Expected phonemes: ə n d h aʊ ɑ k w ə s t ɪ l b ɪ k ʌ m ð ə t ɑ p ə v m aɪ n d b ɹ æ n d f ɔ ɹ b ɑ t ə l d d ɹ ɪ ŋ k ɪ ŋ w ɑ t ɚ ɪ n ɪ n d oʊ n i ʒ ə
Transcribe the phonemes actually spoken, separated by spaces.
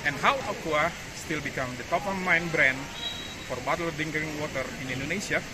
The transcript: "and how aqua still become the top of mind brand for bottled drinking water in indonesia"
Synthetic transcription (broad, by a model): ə n h aʊ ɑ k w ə s t ɪ l b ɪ k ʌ m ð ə t ɑ p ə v m aɪ n b ɹ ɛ n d f ɔ ɹ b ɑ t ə l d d ɪ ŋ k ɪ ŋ w ɑ t ɚ ɪ n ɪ n d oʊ n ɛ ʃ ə